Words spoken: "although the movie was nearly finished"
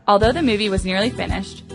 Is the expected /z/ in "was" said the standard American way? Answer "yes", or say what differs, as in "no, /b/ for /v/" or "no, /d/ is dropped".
yes